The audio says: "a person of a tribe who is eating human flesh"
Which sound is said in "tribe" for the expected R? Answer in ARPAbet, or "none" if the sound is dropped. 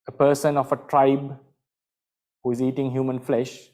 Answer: R